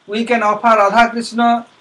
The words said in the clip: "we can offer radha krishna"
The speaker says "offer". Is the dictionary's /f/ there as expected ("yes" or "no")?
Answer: no